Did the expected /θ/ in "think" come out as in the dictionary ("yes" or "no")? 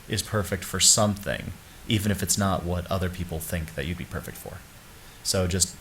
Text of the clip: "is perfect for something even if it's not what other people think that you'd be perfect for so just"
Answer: yes